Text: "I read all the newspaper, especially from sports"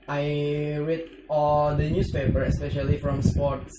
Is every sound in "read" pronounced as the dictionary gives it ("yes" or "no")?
no